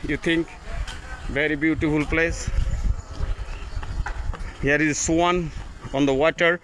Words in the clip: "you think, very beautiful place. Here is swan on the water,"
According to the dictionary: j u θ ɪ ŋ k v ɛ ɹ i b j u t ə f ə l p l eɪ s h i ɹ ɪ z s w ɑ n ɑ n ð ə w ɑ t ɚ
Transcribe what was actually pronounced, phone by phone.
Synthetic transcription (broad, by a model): j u t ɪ ŋ k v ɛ ɹ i b j u t ə f ə l p l eɪ s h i ɹ ɪ z s w ɑ n ɑ n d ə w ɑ t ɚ